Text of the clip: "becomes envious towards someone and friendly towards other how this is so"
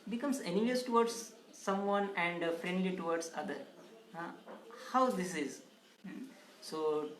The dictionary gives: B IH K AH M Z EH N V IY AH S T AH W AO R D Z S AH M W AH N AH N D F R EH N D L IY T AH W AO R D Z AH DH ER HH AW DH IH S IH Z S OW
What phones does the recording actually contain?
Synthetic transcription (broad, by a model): B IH K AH M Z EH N IY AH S T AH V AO R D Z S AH M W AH N AH N D F R EH N D L IY T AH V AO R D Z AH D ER HH AW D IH S IH Z S OW